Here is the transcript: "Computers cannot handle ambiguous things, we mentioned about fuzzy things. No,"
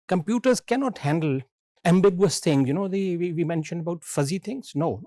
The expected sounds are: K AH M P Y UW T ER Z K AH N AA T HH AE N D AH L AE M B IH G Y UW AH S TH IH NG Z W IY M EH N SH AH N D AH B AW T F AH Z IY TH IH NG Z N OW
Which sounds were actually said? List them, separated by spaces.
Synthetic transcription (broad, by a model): K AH M P Y UW T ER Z K AH N AA T HH AE N D AH L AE M B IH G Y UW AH S T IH NG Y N IY M EH N SH AH N D AH B AW T F AH Z IY T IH NG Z N OW